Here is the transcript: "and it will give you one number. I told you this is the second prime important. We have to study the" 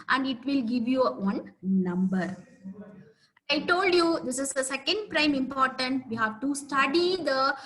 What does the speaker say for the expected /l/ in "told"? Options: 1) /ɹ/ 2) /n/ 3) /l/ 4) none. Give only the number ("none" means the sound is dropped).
3